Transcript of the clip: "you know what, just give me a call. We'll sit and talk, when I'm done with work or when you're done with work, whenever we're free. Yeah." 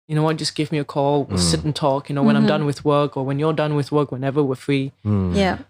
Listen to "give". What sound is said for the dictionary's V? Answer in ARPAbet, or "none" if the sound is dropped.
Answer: V